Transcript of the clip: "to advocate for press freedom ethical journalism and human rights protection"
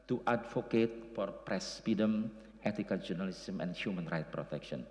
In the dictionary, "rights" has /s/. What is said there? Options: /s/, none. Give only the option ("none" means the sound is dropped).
none